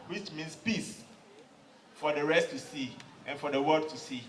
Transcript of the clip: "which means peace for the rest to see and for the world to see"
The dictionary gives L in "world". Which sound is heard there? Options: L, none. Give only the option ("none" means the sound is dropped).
none